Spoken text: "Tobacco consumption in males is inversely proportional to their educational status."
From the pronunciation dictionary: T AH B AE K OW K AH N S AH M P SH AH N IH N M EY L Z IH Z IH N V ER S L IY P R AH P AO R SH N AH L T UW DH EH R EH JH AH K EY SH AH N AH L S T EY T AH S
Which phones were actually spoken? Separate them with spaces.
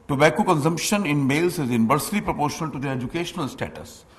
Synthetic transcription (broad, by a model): T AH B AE K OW K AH N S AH M P SH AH N IH N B EY L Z IH Z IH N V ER S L IY P R AH P AO R SH N AH L T UW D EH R EH JH AH K EY SH AH N AH L S T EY T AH S